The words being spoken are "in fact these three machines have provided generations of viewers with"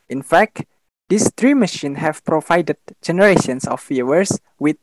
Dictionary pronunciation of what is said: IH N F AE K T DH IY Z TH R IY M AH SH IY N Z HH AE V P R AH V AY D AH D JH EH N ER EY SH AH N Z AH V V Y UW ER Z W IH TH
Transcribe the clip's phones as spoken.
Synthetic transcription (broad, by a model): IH N F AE K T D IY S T R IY M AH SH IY N HH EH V P R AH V AY D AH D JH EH N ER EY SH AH N S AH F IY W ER S W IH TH